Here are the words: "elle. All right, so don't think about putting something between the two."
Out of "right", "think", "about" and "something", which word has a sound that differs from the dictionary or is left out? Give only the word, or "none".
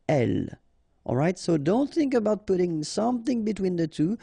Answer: none